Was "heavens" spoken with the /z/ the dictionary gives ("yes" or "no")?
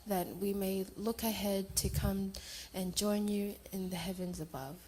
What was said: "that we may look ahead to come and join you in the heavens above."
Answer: yes